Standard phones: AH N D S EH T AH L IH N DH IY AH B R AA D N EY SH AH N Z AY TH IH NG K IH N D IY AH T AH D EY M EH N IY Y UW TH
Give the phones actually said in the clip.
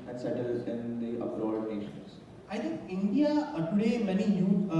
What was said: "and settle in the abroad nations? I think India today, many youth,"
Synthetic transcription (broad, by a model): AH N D S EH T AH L IH N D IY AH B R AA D N EY SH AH N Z AY T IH NG K IH N D IY AH T AH D EY M EH N IY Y UW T